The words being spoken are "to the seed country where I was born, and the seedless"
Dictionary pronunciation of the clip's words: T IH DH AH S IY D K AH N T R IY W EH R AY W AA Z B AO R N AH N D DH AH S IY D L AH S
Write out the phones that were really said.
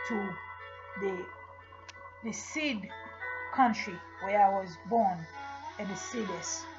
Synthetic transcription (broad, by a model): T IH DH AH S IY D K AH N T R IY W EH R AY W AA Z B AO R N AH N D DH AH S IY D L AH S